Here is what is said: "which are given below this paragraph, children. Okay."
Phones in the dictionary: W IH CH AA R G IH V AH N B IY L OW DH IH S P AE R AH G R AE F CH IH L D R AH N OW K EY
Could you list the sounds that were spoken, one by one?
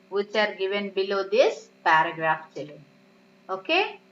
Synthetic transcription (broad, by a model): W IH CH AA R G IH V AH N B IY L OW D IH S P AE R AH G R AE F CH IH L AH OW K EY